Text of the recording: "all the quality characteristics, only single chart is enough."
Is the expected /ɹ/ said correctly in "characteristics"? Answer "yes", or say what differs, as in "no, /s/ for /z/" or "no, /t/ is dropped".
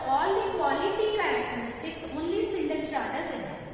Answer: no, /ɹ/ is dropped